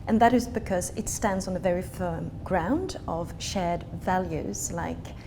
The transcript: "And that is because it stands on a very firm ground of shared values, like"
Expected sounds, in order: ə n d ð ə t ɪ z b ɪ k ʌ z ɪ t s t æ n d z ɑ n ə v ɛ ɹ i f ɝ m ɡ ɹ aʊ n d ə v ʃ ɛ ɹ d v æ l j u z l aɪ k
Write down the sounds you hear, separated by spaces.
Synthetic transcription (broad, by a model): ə n ð ə t ɪ z b ɪ k ʌ z ɪ t s t æ n d z n ə v ɛ ɹ i f ɝ m ɡ ɹ aʊ n d ə v ʃ ɛ ɹ d v æ l j u z l aɪ k